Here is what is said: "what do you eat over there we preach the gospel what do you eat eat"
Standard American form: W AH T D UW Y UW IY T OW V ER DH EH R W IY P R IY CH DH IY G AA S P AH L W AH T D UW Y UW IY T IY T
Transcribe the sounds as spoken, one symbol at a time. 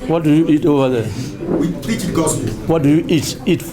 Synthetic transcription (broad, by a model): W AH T D UW Y UW IY T OW V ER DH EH W IY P L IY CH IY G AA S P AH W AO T D UW Y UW IY T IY T